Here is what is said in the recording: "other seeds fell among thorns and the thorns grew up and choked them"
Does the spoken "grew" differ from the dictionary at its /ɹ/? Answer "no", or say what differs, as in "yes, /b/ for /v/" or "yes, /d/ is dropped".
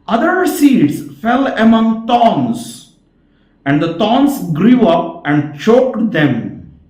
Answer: no